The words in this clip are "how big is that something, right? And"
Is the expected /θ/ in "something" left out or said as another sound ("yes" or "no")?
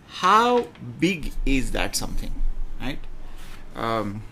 yes